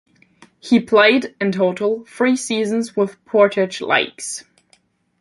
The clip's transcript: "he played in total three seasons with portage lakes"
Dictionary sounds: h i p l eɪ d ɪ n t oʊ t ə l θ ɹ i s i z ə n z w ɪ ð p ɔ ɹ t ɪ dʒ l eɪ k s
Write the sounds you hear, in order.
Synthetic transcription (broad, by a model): h i p l eɪ d ɪ n t oʊ t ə l f ɹ i s i z ə n z w ɪ ð p ɔ ɹ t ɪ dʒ l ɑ k s